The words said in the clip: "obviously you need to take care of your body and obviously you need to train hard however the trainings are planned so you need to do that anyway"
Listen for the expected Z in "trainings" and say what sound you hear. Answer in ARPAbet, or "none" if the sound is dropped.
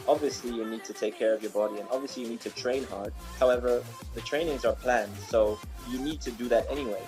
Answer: Z